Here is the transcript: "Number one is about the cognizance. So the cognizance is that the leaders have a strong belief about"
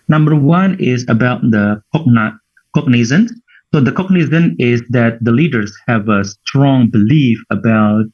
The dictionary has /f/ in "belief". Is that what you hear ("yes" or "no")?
yes